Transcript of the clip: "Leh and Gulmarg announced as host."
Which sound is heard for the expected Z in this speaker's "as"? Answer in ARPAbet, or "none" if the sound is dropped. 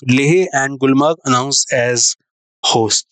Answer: Z